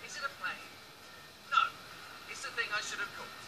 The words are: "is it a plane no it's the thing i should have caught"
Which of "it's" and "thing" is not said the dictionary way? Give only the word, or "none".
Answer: none